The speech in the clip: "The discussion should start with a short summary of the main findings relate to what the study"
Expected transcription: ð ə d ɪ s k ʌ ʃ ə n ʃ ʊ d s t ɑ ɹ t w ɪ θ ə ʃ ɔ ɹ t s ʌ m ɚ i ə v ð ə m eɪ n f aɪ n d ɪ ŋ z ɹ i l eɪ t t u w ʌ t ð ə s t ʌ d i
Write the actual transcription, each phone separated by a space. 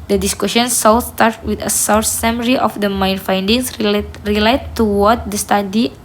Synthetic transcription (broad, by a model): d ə d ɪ s k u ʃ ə n s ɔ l s t ɑ ɹ t w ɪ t ə s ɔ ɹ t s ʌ m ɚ i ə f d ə m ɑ n f aɪ n d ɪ ŋ s ɹ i l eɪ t t u w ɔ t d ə s t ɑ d i